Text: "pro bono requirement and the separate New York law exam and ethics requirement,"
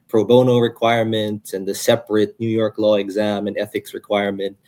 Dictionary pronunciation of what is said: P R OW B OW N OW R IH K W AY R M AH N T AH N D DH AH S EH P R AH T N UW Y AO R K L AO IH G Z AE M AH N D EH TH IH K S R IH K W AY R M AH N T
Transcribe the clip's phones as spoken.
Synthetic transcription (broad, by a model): P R OW B OW N OW R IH K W AY R M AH N T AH N DH AH S EH P R AH T N UW Y AO R K L AO IH G Z AE M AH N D EH TH IH K S R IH K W AY R M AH N T